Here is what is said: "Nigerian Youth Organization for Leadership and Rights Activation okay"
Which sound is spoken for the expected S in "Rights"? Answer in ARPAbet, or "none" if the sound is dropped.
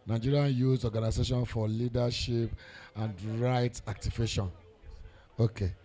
none